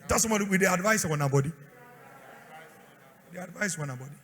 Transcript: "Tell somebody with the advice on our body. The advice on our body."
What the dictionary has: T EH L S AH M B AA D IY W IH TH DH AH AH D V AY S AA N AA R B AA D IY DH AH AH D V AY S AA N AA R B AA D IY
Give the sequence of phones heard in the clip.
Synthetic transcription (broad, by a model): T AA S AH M AA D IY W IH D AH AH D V AY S AA N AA B AA D IY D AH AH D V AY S AA N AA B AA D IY